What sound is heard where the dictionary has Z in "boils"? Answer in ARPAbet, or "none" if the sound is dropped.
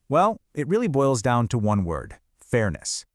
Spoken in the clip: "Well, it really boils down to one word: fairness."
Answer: Z